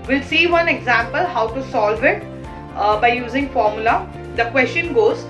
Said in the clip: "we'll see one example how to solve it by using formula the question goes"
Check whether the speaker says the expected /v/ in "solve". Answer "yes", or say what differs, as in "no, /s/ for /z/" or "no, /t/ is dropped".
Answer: yes